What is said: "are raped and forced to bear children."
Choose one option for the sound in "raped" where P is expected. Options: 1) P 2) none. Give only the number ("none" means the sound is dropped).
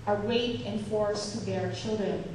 2